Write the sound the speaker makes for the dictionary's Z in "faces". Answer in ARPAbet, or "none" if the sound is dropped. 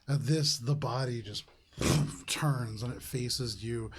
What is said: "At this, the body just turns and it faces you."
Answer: Z